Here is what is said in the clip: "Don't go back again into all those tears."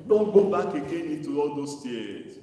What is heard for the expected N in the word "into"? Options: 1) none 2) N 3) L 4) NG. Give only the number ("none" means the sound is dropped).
1